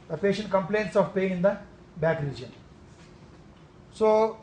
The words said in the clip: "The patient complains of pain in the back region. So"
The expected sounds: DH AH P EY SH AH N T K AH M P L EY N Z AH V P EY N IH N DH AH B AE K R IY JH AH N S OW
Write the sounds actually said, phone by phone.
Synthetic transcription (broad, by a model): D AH P EY SH AH N T K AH M P L EY N S AH V P EY IH N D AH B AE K R IY JH AH N S OW